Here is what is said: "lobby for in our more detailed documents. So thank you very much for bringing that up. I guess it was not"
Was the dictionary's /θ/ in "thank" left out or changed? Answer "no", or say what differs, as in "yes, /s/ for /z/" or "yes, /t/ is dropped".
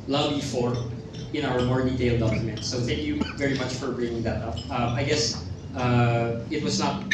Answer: no